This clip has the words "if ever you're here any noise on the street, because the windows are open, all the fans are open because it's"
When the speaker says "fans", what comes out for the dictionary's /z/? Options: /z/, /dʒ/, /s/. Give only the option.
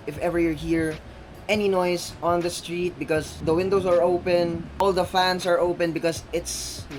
/s/